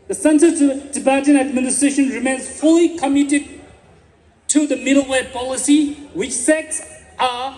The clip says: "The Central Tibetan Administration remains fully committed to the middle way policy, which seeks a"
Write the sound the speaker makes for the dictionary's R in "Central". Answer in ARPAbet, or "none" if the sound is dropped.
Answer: none